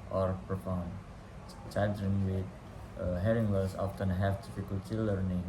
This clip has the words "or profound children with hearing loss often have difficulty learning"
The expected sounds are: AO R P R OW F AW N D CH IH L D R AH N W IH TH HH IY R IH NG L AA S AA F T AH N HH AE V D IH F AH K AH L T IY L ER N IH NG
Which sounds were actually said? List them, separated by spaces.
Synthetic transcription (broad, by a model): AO R P R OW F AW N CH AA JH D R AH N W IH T HH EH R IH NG W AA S AA F T AH N HH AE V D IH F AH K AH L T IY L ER N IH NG